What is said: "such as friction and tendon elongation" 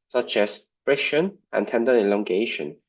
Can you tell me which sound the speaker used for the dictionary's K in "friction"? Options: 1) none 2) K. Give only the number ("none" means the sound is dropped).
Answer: 1